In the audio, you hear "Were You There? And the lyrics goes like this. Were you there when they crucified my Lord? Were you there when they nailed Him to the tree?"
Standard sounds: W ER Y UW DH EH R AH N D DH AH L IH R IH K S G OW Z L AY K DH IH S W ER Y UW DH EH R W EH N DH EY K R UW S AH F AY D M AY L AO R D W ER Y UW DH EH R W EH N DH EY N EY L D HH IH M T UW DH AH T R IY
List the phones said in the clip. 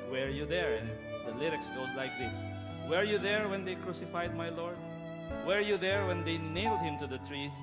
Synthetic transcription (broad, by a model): W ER Y UW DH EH R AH N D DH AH L IH R IH K S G OW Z L AY K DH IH S W ER Y UW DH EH R W EH N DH EY K R UW S AH F AY D M AY L AO R D W ER Y UW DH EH R W EH N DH EY N EY L D HH IH M T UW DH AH T R IY